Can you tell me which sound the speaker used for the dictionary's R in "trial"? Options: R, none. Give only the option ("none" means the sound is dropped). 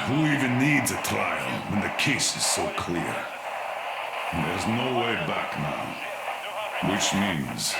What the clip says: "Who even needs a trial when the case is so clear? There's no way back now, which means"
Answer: none